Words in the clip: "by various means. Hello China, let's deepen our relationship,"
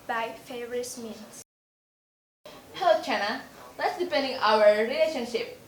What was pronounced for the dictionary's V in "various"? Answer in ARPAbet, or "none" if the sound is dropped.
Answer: F